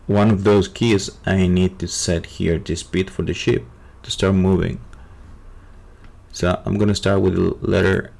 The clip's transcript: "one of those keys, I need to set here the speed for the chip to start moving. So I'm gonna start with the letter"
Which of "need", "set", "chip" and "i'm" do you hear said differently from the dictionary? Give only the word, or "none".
chip